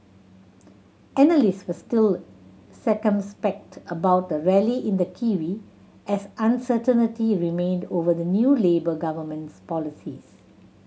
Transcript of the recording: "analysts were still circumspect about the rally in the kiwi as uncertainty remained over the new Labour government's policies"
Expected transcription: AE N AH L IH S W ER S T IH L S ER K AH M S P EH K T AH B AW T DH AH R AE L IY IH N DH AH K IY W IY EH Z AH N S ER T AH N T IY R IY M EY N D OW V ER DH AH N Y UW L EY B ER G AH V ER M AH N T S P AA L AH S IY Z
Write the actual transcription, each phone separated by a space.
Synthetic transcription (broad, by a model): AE N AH L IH S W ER S T IH L S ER K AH M S P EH K T AH B AW T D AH R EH L IY IH N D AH K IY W IY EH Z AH N S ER T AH N T IY R IY M EY N D OW V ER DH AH N Y UW L EY B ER G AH V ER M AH N T S P AA L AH S IY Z